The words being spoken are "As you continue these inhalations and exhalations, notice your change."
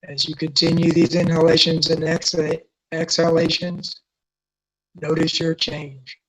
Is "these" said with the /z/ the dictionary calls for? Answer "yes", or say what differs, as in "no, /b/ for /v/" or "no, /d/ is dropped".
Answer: yes